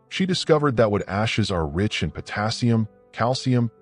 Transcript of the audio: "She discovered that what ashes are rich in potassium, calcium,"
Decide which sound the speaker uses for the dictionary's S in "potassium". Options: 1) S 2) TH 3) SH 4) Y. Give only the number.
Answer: 1